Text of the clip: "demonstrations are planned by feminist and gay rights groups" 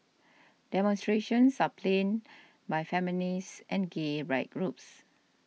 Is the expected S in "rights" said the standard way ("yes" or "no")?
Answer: no